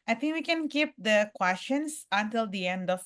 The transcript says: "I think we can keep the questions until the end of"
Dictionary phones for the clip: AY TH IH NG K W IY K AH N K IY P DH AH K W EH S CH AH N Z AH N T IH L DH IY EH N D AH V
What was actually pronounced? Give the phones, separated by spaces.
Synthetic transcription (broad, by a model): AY T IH NG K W IY K AH N K IY P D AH K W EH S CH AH N S AH N T IH L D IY EH N D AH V